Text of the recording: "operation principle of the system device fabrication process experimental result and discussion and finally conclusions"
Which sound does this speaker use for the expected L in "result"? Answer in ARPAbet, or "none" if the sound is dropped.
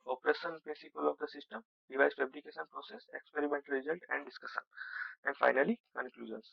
N